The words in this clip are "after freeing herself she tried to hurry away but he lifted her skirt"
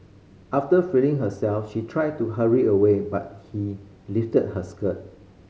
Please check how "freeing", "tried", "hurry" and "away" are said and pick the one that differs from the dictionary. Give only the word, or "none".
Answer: freeing